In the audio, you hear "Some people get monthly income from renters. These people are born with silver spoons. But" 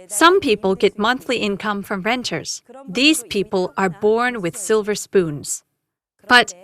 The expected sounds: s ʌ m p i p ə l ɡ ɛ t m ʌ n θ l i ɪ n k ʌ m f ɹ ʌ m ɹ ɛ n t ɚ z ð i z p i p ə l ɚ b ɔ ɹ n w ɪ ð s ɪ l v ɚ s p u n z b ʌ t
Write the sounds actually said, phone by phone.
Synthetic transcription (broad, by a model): s ʌ m p i p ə l ɡ ɛ t m ʌ n θ l i ɪ n k ʌ m f ɹ ʌ m ɹ ɛ n t ɚ z ð i z p i p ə l ɚ b ɔ ɹ n w ɪ ð s ɪ l v ɚ s p u n z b ʌ t